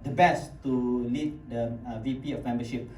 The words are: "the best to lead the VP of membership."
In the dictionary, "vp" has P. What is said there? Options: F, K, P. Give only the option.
P